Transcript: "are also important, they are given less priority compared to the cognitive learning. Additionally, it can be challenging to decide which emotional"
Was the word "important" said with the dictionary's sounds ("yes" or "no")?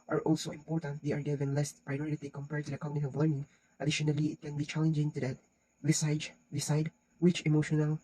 yes